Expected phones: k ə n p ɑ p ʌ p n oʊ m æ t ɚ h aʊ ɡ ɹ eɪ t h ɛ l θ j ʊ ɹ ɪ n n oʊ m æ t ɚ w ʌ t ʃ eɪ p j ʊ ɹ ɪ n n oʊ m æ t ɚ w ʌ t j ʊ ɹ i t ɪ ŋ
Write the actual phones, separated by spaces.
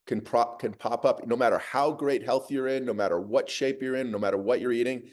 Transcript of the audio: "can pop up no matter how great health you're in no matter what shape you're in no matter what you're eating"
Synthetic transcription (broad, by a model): k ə n p ɑ p ʌ p n oʊ m æ t ɚ h aʊ ɡ ɹ eɪ t h ɛ l θ j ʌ ɹ ɪ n n oʊ m æ t ɚ w ʌ t ʃ eɪ p j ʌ ɹ ɪ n n oʊ m æ t ɚ w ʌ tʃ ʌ ɹ i t ɪ ŋ